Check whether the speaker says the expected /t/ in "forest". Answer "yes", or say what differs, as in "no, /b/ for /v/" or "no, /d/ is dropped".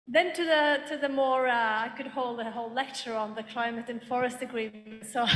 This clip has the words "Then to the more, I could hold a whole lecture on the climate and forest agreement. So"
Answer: yes